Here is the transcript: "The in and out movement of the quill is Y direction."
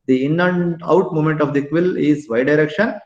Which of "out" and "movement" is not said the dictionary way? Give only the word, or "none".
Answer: movement